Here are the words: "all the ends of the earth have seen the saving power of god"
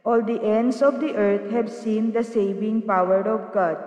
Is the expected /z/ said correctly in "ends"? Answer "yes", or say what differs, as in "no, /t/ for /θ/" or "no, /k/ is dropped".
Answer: no, /s/ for /z/